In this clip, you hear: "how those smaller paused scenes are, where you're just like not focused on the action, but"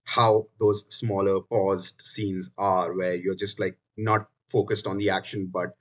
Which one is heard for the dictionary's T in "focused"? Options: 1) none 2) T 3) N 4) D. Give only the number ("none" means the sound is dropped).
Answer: 2